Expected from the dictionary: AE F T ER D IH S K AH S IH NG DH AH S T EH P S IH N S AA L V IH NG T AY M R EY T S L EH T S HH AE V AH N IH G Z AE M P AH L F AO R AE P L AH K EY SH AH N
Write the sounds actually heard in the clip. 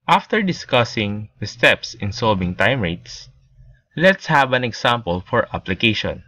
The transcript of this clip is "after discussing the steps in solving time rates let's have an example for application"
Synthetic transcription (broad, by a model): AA F T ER D IH S K AH S IH NG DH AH S T EH P S IH N S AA L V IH NG T AY M R EY T S L EH T S HH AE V AH N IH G S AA M P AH L F AO R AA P L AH K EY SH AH N